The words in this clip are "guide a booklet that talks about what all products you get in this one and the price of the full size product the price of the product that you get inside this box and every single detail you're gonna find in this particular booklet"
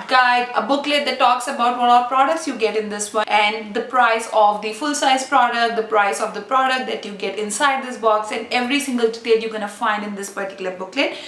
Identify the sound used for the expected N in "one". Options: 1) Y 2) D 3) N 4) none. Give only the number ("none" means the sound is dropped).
4